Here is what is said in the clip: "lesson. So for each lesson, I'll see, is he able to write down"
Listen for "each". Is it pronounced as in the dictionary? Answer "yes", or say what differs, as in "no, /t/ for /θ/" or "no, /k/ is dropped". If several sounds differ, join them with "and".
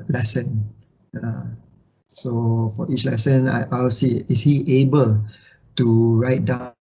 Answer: yes